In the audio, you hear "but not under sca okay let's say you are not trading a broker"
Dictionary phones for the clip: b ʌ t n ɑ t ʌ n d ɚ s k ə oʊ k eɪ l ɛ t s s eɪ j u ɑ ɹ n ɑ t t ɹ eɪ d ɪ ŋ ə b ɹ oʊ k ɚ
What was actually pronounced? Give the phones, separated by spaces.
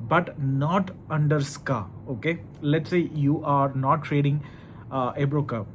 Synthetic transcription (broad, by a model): b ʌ t n ɑ t ʌ n d ɚ s k ə oʊ k eɪ l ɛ t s s eɪ j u ɑ ɹ n ɑ t t ɹ eɪ d ɪ ŋ ə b ɹ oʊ k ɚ